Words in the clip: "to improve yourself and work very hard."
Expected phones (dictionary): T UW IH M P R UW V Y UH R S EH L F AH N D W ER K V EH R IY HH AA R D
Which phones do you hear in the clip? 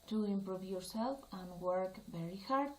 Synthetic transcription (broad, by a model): T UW IH M P R UW V Y UH R S EH L F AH N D W ER K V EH R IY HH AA R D